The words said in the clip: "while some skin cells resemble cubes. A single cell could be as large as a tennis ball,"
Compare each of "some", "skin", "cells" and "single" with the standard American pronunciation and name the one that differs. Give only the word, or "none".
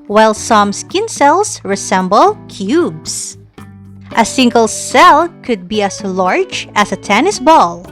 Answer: cells